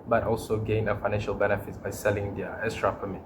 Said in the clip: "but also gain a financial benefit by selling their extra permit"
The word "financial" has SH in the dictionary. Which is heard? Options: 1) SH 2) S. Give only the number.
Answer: 1